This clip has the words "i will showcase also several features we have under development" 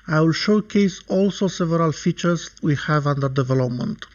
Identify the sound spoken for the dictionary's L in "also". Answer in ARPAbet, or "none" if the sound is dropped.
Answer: L